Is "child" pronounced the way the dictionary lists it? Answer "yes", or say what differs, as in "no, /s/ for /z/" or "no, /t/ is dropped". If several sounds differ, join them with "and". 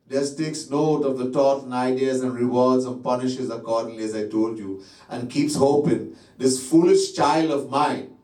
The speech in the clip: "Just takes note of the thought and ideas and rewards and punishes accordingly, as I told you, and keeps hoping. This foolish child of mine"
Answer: yes